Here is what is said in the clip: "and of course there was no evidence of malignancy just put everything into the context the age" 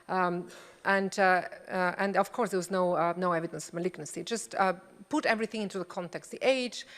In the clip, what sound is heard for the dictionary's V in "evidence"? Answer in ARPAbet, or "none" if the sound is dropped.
V